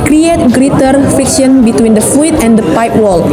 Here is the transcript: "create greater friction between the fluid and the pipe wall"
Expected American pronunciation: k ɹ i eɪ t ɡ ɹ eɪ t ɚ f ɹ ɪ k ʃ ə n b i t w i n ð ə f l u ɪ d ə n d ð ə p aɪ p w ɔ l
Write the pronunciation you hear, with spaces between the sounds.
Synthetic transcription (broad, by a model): k ɹ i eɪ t ɡ ɹ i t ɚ f ɪ k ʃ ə n b i t w i n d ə f u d ə n d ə p aɪ p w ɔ l